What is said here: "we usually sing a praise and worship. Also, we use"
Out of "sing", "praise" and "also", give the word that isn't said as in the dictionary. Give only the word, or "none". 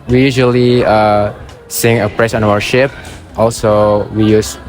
praise